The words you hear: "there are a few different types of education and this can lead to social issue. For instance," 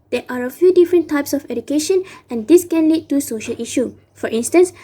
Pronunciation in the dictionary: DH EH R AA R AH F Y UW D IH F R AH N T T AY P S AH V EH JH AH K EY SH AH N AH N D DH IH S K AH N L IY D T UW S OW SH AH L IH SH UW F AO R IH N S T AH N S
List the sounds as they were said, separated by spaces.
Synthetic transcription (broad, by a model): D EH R AA R AH F Y UW D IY F R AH N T T AY P S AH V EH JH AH K EY SH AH N AH N D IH S K AH N L IY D T UW S OW SH AH L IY SH UW F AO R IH N S T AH N S